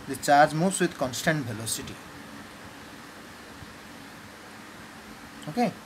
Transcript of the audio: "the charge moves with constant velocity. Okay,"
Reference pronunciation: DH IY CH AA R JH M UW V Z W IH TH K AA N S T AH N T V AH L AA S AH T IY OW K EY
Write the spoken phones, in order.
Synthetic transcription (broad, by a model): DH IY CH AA R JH M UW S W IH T K AA N S T AH N T B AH L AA S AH T IY OW K EY